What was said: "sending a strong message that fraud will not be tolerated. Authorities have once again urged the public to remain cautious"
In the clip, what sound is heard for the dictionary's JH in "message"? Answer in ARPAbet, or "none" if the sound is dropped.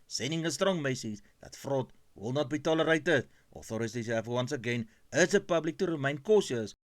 Z